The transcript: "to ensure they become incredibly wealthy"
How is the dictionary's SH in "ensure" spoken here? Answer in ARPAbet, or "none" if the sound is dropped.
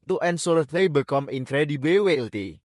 S